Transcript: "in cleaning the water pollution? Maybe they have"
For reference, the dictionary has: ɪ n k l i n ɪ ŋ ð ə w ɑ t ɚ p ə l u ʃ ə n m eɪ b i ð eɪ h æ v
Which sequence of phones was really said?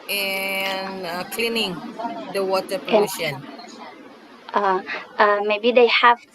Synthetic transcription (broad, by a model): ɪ n k l i n ɪ ŋ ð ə w ɑ t ɚ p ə u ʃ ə n m eɪ b i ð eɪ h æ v